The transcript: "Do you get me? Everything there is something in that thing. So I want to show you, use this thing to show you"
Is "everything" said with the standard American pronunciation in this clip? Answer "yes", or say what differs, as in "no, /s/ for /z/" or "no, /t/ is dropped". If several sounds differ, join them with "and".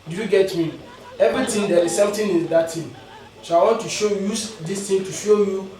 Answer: no, /t/ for /θ/